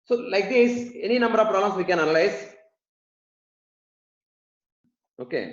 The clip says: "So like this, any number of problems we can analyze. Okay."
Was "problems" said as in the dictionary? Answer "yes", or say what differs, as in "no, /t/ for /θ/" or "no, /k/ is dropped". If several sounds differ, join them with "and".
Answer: no, /b/ is dropped